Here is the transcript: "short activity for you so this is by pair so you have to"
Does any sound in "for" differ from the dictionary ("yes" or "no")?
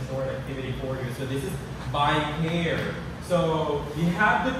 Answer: no